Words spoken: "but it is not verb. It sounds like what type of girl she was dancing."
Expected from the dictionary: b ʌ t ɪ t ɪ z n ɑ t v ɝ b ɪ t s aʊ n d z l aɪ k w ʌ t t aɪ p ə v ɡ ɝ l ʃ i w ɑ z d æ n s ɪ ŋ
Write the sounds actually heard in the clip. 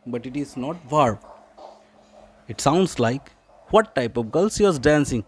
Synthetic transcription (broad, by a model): b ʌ t ɪ t ɪ z n ɑ t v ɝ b ɪ t s aʊ n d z l aɪ k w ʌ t t aɪ p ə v ɡ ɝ l s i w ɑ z d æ n s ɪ ŋ